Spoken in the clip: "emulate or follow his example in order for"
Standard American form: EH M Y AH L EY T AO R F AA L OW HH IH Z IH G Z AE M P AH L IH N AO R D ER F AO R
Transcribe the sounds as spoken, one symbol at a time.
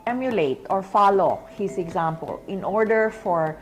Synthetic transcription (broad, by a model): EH M Y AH L EY T AO R F AA L OW HH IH S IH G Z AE M P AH L IH N AO R D ER F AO R